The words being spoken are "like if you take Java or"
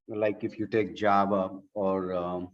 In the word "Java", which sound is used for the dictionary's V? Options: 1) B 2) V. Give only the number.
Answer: 1